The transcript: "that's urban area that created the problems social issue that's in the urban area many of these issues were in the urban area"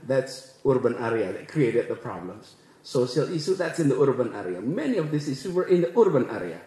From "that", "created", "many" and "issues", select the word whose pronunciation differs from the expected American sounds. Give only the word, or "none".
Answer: issues